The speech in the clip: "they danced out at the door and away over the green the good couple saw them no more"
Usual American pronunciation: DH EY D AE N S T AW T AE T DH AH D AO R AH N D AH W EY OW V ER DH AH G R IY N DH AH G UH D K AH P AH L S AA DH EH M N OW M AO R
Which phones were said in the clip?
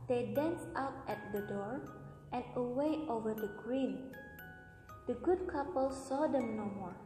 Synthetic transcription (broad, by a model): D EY D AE N S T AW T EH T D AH D AO R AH N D AH W EY OW V ER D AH G R IY N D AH G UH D K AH P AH L S AA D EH M N OW M AO R